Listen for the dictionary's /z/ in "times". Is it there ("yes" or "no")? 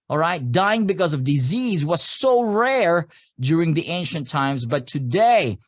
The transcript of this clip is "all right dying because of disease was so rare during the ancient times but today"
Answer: yes